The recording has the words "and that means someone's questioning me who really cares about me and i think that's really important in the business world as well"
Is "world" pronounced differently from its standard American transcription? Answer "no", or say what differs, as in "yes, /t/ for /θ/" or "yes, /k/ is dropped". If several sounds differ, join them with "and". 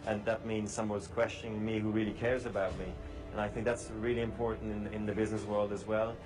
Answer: no